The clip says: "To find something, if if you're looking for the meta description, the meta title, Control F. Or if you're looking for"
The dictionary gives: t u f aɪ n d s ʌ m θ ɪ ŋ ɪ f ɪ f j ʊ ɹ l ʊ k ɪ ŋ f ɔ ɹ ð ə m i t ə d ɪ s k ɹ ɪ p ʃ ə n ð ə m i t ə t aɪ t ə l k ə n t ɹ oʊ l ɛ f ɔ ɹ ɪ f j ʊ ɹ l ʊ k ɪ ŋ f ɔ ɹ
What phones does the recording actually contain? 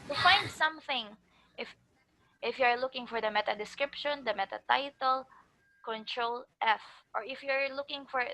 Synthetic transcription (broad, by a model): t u f aɪ n d s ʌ m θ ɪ ŋ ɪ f ɪ f j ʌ ɹ l ʊ k ɪ ŋ f ɔ ɹ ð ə m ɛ t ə d ɪ s k ɹ ɪ p ʃ ə n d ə m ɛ t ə t aɪ t ə l k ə n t ɹ oʊ l ɛ f ɔ ɹ ɪ f j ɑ ɹ l ʊ k ɪ ŋ f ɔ ɹ